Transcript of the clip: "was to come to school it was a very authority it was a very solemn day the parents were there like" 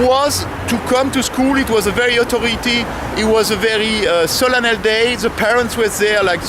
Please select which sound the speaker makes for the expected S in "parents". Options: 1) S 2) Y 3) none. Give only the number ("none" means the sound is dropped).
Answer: 1